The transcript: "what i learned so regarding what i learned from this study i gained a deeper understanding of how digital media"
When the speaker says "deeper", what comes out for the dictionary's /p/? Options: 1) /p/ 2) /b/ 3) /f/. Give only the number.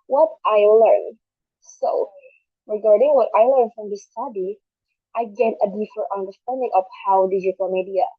3